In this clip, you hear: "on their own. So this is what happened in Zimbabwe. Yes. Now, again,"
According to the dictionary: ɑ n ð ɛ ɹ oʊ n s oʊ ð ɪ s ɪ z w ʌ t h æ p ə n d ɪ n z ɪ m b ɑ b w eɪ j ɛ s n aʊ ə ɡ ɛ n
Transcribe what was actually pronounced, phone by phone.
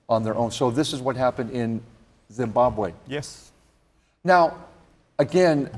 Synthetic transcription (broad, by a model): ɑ n ð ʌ ɹ oʊ n s oʊ ð ɪ s ɪ z w ʌ t h æ p ə n d ɪ n z ɪ m b ɑ b w eɪ j ɛ s n aʊ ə ɡ ɛ n